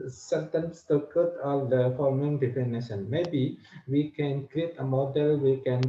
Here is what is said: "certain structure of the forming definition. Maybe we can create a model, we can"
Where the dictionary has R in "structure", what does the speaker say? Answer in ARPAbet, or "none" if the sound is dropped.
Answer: none